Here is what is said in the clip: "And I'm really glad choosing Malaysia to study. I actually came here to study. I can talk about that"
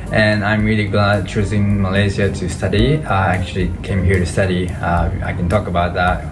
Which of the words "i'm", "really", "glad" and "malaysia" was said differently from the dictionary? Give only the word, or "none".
malaysia